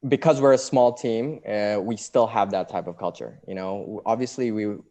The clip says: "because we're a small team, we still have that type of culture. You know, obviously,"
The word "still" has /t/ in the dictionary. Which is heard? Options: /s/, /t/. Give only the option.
/t/